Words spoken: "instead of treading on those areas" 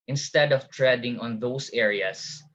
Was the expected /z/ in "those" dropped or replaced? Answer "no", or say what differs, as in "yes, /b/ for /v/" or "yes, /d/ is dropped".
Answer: yes, /s/ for /z/